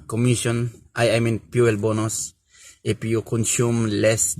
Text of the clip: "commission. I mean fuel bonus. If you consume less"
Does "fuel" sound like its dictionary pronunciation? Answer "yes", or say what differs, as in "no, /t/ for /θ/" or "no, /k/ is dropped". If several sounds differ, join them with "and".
no, /p/ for /f/